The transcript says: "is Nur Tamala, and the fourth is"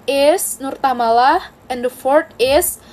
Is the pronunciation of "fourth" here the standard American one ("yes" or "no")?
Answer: no